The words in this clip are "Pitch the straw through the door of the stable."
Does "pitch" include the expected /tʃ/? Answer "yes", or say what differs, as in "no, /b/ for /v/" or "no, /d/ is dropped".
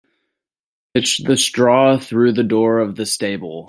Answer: no, /s/ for /tʃ/